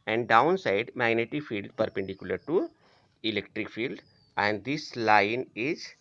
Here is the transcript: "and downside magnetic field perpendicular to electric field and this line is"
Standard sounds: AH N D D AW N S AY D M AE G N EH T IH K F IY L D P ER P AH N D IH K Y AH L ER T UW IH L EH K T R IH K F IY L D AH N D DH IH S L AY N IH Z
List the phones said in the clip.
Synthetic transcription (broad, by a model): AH N D D AW N S AY D M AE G N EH T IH F IY L D P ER P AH N D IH K Y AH L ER T UW IH L EH K T R IH K F IY L D AH N D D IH S L AY N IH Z